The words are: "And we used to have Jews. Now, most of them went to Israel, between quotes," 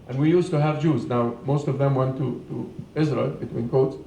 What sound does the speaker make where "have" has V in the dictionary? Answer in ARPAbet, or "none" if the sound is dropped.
V